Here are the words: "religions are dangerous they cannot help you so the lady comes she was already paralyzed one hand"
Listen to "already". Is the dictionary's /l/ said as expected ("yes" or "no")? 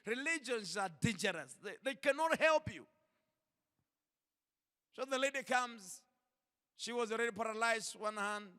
yes